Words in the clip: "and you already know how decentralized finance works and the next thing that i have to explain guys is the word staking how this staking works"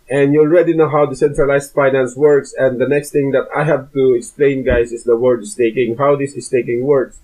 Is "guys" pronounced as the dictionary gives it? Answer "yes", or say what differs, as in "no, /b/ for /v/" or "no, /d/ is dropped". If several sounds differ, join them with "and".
no, /s/ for /z/